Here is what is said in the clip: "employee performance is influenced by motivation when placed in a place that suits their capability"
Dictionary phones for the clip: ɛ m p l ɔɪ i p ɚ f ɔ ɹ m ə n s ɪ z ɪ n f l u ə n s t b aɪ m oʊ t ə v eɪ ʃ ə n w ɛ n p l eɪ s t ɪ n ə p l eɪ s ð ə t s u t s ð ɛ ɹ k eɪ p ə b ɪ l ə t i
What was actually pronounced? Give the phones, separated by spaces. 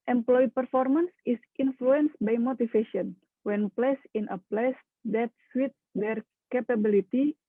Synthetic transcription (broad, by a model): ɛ m p l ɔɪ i p ɚ f ɔ ɹ m ə n s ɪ s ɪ n f l u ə n s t b aɪ m oʊ t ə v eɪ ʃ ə n w ɛ n p l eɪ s ɪ n ə p l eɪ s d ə t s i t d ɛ ɹ k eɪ p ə b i l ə t i